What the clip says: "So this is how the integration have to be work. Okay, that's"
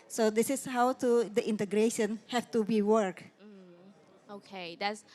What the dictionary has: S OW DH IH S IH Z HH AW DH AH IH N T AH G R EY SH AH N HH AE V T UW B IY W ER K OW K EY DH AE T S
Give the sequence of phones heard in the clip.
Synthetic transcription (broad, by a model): S OW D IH S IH S HH AW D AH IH N T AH G R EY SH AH N HH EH F T UW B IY W ER K OW K EY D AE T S